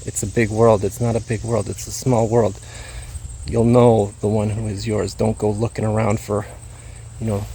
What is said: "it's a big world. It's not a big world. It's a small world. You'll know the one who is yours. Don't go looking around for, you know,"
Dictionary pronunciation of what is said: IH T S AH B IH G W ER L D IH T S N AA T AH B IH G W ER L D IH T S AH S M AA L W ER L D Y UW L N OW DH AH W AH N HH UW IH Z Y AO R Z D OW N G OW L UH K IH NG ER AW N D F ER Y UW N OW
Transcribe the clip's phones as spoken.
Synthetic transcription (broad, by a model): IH T S AH B IH G W ER L D IH T S N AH T AH B IH G W ER L D IH T S AH S M AA L W ER L D Y UW L N OW DH AH W AH N HH UW IH Z Y AO R Z D OW N G OW L UH K IH NG ER AW N D F ER Y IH N OW